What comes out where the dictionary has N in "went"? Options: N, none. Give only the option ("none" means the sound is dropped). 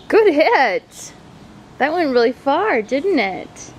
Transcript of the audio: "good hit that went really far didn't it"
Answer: N